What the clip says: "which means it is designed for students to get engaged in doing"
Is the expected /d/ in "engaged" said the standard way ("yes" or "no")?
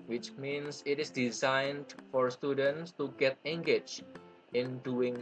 no